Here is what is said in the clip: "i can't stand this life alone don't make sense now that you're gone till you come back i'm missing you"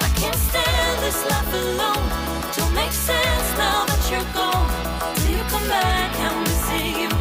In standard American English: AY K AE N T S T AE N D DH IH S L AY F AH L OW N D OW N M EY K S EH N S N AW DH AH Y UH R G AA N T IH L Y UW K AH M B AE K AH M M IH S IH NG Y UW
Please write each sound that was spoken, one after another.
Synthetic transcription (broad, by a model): AY K AE N T S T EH DH IH S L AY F AH L OW N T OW L M EY K S EH N S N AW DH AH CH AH R G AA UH T IH L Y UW K AH M B AE K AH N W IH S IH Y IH